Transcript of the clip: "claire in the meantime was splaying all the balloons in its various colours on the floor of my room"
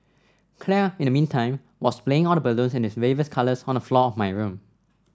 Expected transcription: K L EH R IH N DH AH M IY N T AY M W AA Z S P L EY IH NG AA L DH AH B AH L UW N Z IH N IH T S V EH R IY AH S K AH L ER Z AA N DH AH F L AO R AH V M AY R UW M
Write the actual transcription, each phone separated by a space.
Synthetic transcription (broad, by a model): K L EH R IH N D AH M IY N T AY M W AA S P L EY IH NG AA L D AH B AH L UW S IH N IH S W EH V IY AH S K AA L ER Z AA N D AH F L AO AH F M AY R UW M